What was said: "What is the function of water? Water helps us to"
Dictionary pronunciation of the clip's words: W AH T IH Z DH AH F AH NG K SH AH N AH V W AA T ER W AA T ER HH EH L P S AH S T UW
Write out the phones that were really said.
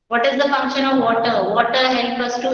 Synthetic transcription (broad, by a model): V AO T IH Z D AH F AH NG K SH AH N AH V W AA T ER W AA T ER HH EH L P AH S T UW